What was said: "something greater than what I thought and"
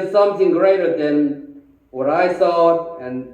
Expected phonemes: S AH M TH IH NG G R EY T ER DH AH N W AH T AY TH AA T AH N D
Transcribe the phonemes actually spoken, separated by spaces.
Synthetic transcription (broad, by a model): S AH M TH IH NG G R EY T ER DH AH N W AH T AY S AA AH N